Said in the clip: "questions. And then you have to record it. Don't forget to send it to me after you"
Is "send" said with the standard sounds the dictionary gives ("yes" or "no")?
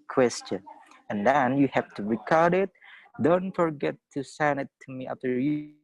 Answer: no